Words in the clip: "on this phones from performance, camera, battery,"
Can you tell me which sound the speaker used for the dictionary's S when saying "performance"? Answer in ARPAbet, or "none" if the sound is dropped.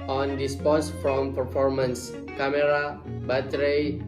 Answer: S